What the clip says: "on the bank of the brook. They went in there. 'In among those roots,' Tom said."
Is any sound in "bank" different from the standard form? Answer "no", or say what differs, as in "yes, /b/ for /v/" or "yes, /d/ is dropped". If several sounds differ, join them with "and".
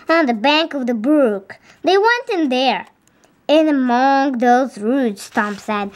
no